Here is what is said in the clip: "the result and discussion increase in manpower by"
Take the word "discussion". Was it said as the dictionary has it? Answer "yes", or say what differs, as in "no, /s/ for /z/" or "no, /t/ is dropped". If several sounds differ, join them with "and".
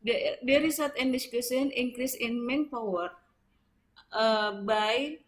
no, /s/ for /ʃ/